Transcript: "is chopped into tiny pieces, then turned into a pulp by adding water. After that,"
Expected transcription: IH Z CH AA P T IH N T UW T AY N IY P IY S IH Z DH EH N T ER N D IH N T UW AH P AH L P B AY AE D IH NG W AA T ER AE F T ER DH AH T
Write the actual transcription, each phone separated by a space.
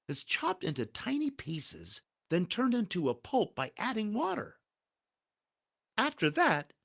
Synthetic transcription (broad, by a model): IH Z CH AA P T IH N T UW T AY N IY P IY S IH Z DH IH N T ER N D IH N T UW AH P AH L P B AY AE D IH NG W AA T ER AE F T ER DH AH T